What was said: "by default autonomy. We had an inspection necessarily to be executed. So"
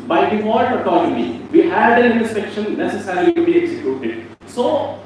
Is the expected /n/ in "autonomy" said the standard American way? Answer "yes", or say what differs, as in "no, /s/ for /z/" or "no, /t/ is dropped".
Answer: no, /l/ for /n/